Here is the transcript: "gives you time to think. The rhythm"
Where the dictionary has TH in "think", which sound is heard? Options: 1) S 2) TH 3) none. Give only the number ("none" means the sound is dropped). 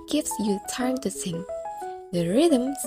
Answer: 1